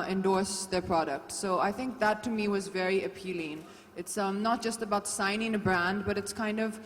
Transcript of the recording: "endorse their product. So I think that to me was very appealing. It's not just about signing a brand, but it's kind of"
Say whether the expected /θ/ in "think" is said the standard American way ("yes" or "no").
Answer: yes